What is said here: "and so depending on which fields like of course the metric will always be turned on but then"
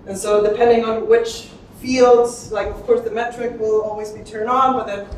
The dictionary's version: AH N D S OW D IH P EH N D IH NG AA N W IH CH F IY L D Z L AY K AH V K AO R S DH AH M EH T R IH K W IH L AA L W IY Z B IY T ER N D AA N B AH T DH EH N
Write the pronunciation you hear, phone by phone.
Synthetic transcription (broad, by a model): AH N S OW D IH P EH N D IH NG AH N W IH CH F IY L D Z L AY K AH V K AO R S DH AH M EH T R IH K W IH L AA L W IY Z B IY T ER N D N B AH T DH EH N